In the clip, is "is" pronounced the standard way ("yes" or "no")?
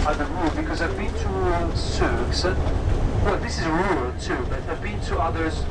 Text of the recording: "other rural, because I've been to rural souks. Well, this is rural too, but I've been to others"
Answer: yes